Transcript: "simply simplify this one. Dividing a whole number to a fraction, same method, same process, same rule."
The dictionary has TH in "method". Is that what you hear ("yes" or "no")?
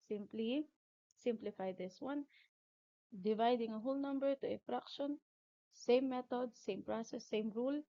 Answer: no